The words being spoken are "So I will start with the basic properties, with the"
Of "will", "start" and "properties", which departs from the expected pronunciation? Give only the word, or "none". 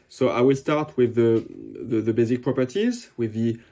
none